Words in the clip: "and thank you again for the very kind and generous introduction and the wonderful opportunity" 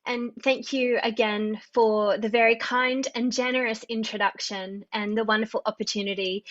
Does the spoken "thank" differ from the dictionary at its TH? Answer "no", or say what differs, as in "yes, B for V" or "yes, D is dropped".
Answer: no